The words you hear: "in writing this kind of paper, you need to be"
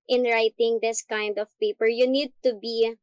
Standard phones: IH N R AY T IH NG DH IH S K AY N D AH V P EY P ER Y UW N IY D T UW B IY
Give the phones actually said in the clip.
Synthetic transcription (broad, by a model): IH N R AY T IH NG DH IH S K AY N D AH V P EY P ER Y UW N IY D T UW B IY